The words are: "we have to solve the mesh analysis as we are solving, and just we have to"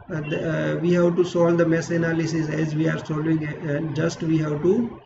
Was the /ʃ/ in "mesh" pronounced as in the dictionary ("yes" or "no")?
no